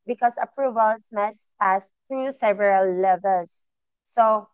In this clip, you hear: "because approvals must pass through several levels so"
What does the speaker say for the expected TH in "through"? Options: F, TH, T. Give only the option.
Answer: T